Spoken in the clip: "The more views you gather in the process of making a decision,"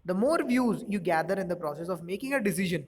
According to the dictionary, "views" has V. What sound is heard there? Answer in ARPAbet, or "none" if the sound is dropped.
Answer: V